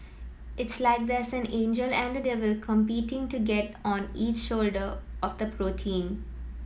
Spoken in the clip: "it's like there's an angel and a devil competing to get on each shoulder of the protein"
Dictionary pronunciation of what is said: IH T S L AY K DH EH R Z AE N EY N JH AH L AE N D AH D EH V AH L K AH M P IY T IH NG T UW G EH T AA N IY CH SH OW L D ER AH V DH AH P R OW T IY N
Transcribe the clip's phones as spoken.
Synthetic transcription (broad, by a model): IH T S L AY K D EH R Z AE N EY N JH AH L AE N D AH D EH V AH L K AH M P IY T IH NG T UW G EH T AA N IY CH SH OW L D ER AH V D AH P R OW T IY N